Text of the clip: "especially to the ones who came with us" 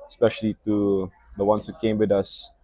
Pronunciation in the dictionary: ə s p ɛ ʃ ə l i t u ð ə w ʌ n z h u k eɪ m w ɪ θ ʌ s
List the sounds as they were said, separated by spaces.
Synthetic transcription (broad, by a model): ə s p ɛ ʃ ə l i t u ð ə w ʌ n s h u k eɪ m w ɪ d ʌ s